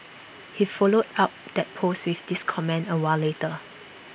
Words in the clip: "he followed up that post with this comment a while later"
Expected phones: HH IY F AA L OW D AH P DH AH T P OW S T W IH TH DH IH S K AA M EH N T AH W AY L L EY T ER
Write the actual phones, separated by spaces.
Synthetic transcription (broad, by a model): HH IY F AA L OW D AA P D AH T P OW S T W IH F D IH S K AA M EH N AH W AY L L EY T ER